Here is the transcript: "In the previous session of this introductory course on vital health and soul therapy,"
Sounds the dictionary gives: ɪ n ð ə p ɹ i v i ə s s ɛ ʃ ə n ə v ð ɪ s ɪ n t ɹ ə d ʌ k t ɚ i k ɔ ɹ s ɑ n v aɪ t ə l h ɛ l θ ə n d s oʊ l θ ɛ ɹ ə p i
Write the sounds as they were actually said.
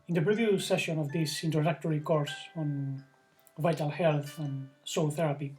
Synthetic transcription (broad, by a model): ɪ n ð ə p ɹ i v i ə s s ɛ ʃ ə n ə v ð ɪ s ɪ n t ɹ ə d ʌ k t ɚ i k ɔ ɹ s ɑ n v aɪ t ə l h ɛ l θ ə n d s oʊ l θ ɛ ɹ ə p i